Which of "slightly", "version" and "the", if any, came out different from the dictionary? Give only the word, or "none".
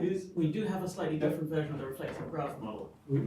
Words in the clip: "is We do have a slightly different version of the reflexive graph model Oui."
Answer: none